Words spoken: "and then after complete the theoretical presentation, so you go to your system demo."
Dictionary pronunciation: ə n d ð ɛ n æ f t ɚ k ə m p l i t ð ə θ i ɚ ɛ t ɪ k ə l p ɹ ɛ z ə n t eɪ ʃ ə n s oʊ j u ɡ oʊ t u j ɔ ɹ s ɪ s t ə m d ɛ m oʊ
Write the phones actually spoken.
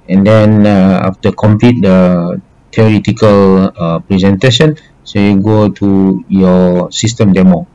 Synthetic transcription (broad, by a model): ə n d ɛ n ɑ f t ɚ k ə m p l i t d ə t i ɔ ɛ t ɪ k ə l p ɹ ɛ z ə n t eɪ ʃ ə n s oʊ j u ɡ oʊ t u j ɔ s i s t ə m d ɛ m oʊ